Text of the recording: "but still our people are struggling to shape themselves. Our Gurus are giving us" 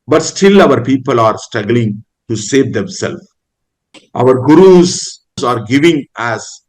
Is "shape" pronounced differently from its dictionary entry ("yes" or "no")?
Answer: yes